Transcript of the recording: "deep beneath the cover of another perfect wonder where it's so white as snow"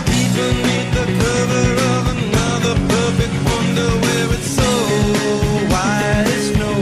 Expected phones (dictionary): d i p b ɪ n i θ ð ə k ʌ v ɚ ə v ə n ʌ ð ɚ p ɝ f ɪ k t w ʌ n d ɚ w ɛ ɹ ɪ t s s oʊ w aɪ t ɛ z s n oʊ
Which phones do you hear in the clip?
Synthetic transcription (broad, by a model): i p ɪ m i t ð ə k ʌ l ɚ ə v ə n ʌ ð ɚ p ɝ f ɪ k t w ʌ n d ɚ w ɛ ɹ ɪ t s s oʊ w aɪ ɪ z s n oʊ